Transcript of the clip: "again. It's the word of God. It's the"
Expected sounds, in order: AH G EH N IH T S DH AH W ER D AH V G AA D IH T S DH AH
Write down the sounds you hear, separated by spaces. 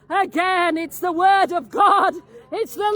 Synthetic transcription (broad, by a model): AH G EH N IH T S DH AH W ER D AH V G AA D IH T S DH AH